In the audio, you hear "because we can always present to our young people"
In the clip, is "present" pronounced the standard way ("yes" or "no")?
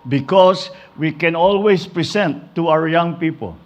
no